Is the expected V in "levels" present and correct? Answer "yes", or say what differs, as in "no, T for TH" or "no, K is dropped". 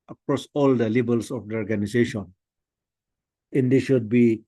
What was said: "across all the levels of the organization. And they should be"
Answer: no, B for V